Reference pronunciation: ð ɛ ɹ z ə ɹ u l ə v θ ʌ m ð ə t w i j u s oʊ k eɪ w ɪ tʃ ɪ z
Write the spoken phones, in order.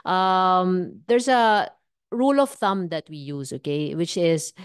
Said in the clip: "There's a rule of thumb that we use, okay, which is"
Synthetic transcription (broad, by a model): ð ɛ ɹ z ə ɹ u l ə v θ ʌ m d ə t w i j u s oʊ k eɪ w ɪ tʃ ɪ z